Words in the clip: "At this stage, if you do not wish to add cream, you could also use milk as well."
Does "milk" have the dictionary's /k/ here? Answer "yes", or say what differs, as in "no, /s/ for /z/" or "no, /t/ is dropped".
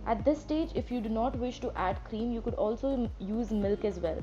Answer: yes